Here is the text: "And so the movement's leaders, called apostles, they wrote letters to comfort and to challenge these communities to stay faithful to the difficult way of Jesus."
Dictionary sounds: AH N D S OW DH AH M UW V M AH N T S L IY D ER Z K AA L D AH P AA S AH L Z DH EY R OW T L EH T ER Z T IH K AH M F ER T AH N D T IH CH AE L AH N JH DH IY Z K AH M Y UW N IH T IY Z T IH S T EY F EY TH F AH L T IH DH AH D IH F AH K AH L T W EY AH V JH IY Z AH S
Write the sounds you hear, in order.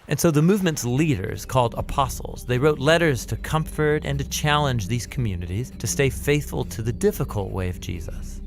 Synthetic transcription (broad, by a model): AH N S OW DH AH M UW V M AH N T S L IY D ER Z K AA L D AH P AA S L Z DH EY R OW T L EH T ER Z T IH K AH M F ER T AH N T IH CH AE L AH N JH DH IY Z K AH M Y UW N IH T IY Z T IH S T EY F EY TH F AH L T IH DH AH D IH F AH K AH L T W EY AH V JH IY Z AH S